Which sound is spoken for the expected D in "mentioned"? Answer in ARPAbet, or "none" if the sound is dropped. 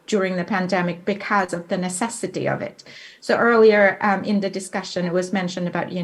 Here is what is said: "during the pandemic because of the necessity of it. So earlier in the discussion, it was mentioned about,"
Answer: D